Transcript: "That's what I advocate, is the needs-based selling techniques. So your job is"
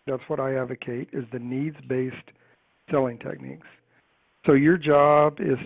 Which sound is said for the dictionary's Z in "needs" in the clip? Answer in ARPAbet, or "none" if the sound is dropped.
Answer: Z